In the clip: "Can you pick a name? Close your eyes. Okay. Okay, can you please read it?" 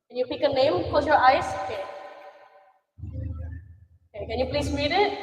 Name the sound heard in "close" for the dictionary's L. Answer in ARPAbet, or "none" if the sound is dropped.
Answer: none